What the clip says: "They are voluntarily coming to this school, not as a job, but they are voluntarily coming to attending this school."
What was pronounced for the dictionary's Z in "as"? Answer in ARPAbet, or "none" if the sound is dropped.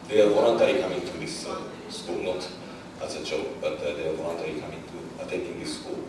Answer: S